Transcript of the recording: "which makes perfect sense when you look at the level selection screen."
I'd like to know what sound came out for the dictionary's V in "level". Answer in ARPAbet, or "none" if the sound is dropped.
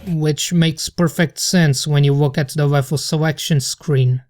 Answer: F